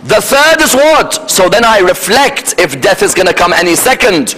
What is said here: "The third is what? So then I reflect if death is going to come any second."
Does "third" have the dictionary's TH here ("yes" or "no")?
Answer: yes